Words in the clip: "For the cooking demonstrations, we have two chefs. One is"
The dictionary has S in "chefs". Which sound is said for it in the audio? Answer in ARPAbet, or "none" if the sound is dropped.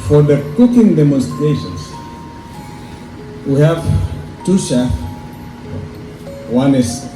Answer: none